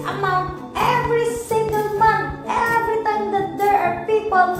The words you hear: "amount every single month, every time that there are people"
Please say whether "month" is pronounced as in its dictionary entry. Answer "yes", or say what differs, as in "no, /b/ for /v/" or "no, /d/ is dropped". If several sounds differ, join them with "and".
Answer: no, /t/ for /θ/